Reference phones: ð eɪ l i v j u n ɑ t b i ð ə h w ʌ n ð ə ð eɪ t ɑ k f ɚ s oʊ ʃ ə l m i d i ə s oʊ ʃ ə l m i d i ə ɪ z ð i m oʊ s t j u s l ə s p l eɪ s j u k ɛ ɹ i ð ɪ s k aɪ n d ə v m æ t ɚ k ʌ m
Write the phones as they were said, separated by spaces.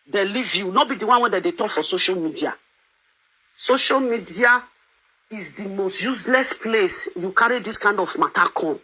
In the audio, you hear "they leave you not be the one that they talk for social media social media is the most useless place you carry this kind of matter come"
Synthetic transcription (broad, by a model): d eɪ l i v j u n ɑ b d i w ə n w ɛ n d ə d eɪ t ɑ k f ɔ s oʊ ʃ ə l m i d i ə s oʊ ʃ ə l m i d i ə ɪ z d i m oʊ s t j u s l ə s p l eɪ s j u k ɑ ɹ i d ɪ s k aɪ n d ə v m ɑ t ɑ k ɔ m